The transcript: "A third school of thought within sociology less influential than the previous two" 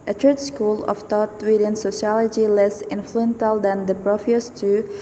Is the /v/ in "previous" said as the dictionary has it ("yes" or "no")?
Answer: no